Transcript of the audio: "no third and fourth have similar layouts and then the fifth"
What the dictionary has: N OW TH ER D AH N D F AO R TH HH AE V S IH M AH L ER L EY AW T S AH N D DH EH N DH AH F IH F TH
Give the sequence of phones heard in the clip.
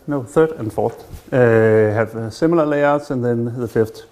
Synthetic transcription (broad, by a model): N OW TH ER D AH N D F AO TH HH AE V S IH M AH L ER L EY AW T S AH N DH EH N DH AH F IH F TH